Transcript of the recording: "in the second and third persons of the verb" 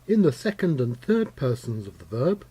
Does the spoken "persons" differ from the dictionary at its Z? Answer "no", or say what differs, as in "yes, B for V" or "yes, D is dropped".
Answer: no